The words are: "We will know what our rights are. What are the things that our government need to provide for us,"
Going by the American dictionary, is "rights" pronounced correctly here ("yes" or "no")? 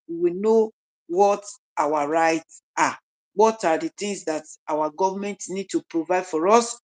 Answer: yes